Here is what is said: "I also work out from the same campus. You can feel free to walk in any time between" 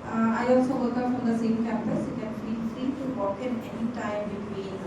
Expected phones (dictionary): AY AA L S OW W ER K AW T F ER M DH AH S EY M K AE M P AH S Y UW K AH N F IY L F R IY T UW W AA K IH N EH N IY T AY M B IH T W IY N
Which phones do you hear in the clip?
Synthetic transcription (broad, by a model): AY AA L S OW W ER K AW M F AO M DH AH S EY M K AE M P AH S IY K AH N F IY N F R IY T UW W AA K IH N EH N IY T AY M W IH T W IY